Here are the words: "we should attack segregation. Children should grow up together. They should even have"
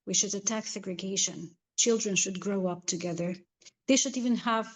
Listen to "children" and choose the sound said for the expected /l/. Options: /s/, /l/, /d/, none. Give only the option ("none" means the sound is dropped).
/l/